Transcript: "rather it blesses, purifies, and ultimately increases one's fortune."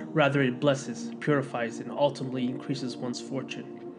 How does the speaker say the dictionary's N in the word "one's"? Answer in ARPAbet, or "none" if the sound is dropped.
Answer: N